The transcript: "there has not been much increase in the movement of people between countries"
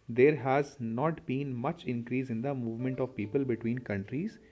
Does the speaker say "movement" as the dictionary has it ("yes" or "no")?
yes